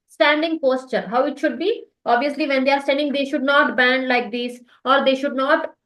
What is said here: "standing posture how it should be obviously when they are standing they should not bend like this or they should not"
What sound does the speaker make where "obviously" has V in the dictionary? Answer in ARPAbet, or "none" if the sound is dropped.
V